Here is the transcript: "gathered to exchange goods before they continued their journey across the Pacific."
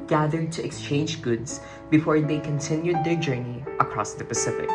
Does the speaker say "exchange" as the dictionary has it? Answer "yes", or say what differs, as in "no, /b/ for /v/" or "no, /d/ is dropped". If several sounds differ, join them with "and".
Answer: yes